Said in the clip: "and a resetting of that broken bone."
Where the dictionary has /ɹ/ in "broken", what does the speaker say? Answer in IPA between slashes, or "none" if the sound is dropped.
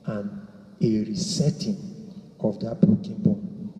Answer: none